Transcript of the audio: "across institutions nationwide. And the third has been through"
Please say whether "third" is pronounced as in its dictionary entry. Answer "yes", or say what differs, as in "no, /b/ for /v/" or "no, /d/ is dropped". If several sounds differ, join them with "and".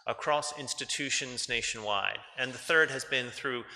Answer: yes